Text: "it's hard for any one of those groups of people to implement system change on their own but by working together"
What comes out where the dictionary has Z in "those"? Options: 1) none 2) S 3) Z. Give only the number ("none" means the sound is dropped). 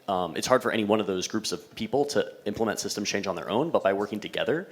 3